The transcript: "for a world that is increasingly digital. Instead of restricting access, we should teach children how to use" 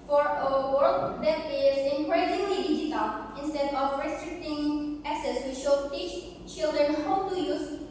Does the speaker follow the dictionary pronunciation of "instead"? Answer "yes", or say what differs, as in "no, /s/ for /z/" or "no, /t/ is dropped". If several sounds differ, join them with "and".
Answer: yes